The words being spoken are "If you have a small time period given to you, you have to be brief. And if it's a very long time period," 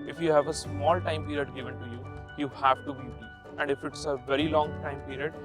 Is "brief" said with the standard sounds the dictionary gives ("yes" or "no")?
no